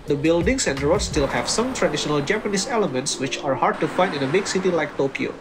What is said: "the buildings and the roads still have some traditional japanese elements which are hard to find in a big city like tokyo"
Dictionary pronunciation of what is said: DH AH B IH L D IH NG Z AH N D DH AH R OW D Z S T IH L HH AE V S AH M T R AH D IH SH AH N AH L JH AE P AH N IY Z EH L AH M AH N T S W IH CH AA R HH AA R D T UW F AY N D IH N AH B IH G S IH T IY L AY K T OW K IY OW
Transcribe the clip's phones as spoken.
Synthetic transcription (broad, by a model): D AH B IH L D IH NG S AH N D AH R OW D S T IH L HH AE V S AH M T R AH D IH SH AH N AH L JH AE P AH N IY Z EH L AH M AH N T S W IH CH AA R HH AA R D T UW F AY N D IH N AH B IH G S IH T IY L AY K T OW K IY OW